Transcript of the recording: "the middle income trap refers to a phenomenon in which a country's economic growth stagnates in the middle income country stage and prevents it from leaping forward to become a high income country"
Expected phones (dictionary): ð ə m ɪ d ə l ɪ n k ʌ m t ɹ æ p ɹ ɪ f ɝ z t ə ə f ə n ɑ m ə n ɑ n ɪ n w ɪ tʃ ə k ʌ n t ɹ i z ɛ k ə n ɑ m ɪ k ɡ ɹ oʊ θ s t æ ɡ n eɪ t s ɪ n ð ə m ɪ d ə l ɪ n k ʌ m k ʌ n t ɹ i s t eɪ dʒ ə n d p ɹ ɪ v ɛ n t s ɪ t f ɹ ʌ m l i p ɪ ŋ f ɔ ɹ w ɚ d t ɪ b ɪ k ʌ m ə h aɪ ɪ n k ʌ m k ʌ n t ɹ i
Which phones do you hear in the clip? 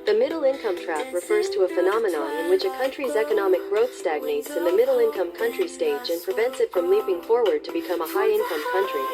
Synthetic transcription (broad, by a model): ð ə m ɪ d l ɪ n k ʌ m t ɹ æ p ɹ ɪ f ɝ z t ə ə f ə n ɑ m ə n ɑ n ɪ n w ɪ tʃ ə k ʌ n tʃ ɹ i z ɛ k ə n ɑ m ɪ k ɡ ɹ oʊ θ s t æ ɡ n eɪ t s ɪ n ð ə m ɪ d l ɪ n k ʌ m k ʌ n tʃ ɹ i s t eɪ dʒ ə n p ɹ ɪ v ɛ n t s ɪ t f ɹ ʌ m l i p ɪ ŋ f ɔ ɹ w ɚ d t ɪ b ɪ k ʌ m ə h aɪ ɪ n k ʌ m k ʌ n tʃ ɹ i